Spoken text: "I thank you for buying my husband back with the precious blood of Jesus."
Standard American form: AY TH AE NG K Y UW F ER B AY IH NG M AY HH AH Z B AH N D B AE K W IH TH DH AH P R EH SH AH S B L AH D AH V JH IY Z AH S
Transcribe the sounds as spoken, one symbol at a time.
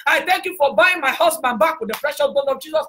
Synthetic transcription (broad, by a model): AY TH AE NG K Y UW F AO B AY IH NG M AY HH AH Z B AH N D B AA K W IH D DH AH F R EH SH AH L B AO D AH V JH IY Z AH S